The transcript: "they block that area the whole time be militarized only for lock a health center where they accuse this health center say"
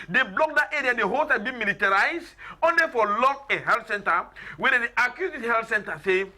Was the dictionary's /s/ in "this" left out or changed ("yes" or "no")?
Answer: yes